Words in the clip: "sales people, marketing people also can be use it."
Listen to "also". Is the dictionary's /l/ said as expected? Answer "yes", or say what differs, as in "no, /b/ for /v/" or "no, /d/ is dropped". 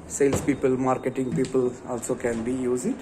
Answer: yes